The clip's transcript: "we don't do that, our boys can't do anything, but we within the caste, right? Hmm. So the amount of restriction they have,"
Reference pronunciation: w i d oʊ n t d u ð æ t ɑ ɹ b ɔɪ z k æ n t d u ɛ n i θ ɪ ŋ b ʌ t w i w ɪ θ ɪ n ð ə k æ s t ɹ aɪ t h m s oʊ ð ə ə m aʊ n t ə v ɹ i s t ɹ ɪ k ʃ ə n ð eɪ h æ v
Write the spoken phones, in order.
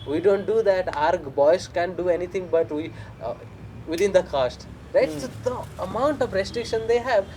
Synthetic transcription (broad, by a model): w i d oʊ n t d u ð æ t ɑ ɹ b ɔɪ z k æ n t d u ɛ n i t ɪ ŋ b ʌ t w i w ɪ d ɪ n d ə k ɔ s t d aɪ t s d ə ə m aʊ n t ə v ɹ i s t ɹ ɪ k ʃ ə n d eɪ h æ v